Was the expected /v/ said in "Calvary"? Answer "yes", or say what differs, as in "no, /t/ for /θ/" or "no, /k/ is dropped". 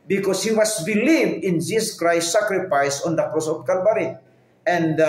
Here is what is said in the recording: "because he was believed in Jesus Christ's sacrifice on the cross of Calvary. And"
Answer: no, /b/ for /v/